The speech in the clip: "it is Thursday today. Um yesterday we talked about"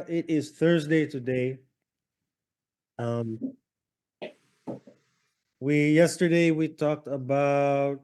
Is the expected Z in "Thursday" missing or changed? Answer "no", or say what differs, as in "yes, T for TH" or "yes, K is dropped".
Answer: no